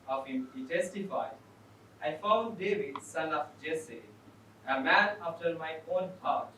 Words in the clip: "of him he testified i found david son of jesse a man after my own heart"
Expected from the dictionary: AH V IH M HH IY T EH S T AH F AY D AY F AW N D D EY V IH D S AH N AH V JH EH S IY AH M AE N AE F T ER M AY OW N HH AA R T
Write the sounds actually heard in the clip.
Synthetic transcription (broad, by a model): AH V IH M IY T EH S T AH F AY D AY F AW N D D EY V IH D S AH L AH F JH EH S IY AH M AE N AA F T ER M AY OW N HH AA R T